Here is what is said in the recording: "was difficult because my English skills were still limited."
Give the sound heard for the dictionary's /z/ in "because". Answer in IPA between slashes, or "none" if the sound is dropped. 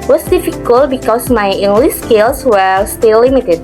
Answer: /s/